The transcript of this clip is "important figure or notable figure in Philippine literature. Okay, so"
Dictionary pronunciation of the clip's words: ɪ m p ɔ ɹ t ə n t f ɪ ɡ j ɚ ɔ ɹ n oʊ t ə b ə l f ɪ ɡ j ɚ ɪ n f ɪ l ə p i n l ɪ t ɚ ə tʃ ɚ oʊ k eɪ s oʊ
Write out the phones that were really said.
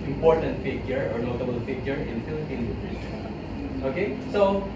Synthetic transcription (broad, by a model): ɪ m p ɔ ɹ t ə n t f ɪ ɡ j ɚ ɔ ɹ n oʊ t ə b ə l f ɪ ɡ j ɚ ɪ n f ɪ l ə p i n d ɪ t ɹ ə s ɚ oʊ k eɪ s oʊ